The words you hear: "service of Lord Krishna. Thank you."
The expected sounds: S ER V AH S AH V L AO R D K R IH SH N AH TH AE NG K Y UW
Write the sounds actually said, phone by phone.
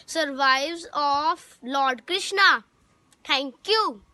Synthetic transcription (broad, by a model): S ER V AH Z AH F L AO R D K R IH SH N AH T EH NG K Y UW